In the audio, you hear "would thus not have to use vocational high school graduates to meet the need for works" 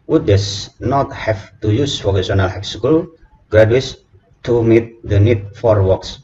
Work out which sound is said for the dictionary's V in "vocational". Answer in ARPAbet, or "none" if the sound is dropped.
F